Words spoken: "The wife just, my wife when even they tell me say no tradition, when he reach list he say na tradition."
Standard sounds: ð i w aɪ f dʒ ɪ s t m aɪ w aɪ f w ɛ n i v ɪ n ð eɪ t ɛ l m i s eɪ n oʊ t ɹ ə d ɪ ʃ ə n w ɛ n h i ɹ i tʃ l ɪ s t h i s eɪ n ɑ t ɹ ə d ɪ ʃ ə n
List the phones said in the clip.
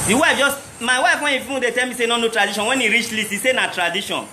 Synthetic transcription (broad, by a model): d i w aɪ f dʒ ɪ s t m aɪ w aɪ f w ɛ n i f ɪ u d eɪ t ɛ l m i s eɪ n oʊ t ɹ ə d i ʃ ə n w ɛ n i ɹ i tʃ l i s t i s eɪ n ɑ t ɹ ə d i ʃ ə n